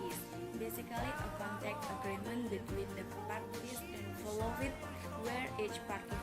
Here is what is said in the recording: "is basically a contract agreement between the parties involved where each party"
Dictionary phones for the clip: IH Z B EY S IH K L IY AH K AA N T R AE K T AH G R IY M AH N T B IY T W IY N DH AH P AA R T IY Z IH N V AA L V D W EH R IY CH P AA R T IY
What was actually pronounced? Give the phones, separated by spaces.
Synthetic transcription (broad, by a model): B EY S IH K L IY AH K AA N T EH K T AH G R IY M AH N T B IY T W IY N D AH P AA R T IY S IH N F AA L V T W EH R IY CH P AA R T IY